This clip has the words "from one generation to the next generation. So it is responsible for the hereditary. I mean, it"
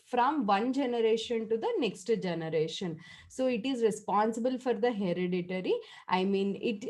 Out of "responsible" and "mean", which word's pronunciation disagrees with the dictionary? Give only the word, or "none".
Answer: none